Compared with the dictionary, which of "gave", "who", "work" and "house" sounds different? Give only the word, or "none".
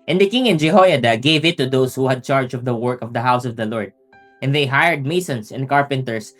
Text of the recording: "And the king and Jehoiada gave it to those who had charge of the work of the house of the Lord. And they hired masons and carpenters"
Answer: none